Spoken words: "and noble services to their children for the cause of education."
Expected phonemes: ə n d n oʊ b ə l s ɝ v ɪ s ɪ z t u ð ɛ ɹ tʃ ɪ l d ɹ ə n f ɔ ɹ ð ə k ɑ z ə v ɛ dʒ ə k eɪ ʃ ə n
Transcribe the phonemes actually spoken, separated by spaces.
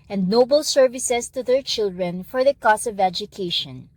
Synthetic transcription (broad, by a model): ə n d n oʊ b ə l s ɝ v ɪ s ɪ s t u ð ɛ ɹ tʃ ɪ l d ɹ ə n f ɔ ɹ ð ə k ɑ s ə v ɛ dʒ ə k eɪ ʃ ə n